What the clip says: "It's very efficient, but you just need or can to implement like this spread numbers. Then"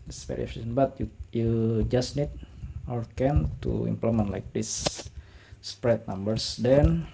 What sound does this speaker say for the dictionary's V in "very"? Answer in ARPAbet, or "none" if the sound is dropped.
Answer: P